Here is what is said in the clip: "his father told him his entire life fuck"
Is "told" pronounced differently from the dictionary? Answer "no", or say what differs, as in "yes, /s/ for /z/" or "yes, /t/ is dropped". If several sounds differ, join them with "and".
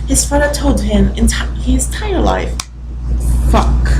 no